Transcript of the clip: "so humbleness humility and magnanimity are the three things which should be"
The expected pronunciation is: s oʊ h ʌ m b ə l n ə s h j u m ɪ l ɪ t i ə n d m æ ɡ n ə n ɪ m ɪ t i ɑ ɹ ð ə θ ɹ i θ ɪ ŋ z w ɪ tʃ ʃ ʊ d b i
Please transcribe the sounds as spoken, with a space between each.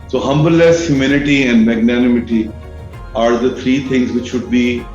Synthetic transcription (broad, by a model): s oʊ h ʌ m b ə l ə s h j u m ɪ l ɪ t i ə n d m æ ɡ n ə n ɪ m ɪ t i ɑ ɹ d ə t ɹ i t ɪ ŋ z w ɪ tʃ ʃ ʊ d b i